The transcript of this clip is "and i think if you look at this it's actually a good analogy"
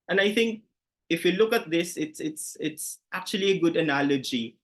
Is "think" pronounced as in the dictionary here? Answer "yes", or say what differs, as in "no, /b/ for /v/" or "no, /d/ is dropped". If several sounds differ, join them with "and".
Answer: yes